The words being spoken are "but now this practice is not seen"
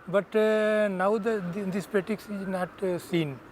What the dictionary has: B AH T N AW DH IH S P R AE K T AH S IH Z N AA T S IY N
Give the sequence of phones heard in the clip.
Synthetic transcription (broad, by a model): B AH T N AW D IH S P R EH T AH S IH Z N AA T S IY N